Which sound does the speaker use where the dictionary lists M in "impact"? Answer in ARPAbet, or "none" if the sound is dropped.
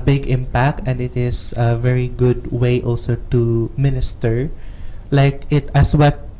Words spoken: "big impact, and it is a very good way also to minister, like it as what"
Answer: M